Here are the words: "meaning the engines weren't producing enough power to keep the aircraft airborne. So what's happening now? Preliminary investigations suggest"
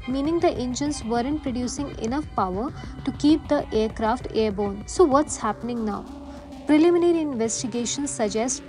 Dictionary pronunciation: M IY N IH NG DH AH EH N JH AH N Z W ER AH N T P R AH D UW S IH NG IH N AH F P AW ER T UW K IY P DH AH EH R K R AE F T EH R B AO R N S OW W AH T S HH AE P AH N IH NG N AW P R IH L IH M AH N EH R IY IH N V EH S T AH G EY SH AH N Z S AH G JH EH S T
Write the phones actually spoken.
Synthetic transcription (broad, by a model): M IY N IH NG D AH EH N JH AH N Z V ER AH N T P R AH D UW S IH NG IH N AH F P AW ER T UW K IY P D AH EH R K R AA F T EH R B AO N S OW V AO T S HH AE P AH N IH NG N AW P R IH L IH M AH N EH R IY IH N V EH S T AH G EY SH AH N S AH JH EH S T